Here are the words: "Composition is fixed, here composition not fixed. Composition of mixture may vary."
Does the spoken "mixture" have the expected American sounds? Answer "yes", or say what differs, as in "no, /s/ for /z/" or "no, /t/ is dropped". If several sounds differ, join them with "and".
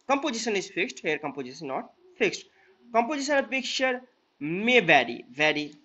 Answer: no, /s/ is dropped